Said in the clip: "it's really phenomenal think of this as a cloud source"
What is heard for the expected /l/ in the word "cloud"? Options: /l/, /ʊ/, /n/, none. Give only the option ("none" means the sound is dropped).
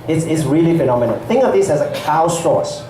none